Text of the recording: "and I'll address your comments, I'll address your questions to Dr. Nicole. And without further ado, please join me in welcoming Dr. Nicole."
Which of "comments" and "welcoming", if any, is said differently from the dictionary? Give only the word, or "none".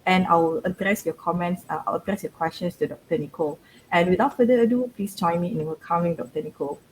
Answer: welcoming